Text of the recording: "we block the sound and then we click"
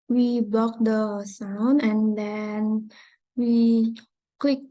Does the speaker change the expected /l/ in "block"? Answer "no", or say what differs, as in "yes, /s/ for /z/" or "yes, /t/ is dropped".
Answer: yes, /l/ is dropped